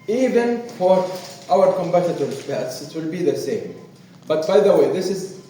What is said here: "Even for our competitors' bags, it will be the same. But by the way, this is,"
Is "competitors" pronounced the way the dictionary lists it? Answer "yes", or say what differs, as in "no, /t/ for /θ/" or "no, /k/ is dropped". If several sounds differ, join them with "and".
no, /b/ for /p/